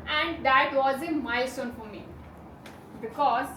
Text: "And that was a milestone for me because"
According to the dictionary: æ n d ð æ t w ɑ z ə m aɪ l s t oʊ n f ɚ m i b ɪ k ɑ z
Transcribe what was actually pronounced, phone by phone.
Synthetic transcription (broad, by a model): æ n d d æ t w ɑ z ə m aɪ s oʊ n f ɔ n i b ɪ k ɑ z